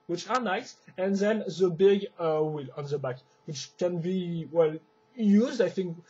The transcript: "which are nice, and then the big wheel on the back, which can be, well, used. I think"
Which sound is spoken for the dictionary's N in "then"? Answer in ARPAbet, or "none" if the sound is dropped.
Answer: N